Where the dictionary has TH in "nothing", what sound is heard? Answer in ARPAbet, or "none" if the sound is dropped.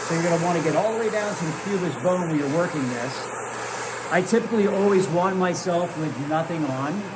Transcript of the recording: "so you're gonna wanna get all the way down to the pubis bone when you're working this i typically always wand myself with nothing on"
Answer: TH